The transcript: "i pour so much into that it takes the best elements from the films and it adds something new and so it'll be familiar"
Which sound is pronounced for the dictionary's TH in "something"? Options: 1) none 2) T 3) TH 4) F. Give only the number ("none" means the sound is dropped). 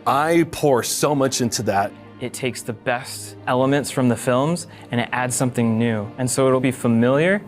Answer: 3